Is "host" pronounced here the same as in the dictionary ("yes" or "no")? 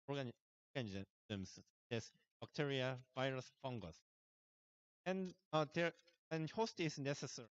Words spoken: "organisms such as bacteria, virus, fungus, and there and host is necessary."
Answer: yes